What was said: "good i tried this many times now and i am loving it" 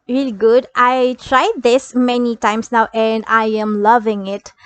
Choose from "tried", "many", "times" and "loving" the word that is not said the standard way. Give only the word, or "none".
times